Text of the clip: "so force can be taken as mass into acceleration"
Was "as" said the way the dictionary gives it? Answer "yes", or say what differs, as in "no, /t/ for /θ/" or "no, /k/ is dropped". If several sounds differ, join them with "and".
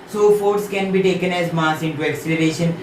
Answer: yes